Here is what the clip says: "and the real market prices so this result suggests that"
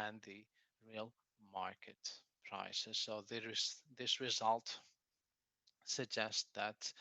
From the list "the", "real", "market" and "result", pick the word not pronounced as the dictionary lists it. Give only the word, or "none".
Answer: none